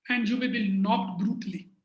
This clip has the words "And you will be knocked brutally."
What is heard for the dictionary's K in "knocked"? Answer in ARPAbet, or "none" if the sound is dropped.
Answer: none